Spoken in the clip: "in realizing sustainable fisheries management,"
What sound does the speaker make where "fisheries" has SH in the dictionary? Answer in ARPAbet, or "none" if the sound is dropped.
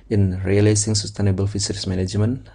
S